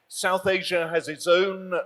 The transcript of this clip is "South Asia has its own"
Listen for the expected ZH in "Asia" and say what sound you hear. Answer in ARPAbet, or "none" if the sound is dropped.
ZH